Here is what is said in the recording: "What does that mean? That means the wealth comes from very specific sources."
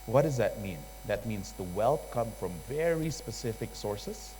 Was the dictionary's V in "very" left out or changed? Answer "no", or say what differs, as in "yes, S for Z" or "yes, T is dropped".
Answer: no